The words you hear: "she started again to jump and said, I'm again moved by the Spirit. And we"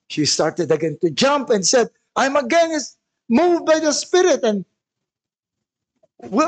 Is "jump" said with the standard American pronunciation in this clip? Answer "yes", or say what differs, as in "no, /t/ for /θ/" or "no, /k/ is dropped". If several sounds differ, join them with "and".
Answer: yes